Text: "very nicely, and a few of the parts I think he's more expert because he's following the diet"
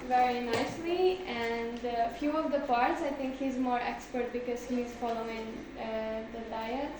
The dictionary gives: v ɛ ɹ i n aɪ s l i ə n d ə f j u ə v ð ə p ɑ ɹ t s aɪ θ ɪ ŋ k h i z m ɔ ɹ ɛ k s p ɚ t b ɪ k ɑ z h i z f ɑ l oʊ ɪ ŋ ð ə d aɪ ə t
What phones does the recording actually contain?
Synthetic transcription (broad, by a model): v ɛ ɹ i n aɪ s l i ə n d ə f j u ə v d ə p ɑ ɹ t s aɪ t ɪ ŋ k h i z m ɔ ɹ ɛ k s p ɚ t b ɪ k ɑ z h i z f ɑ l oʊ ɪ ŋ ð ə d aɪ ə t